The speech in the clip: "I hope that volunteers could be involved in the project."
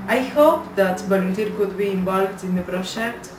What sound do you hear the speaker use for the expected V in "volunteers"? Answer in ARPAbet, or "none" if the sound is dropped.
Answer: B